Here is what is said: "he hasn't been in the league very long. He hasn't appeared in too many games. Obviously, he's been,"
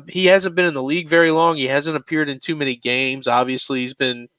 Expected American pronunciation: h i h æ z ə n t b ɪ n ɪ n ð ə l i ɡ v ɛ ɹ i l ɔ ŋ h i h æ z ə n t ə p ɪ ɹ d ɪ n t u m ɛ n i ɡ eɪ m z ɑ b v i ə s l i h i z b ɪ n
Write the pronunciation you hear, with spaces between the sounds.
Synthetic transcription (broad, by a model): h i h æ z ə n b ɪ n ɪ n ð ə l i ɡ v ɛ ɹ i l ɔ ŋ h i h æ z ə n t ə p ɪ ɹ d ɪ n t u m ɛ n i ɡ eɪ m z ɑ b v i ə s l i h i z b ɪ n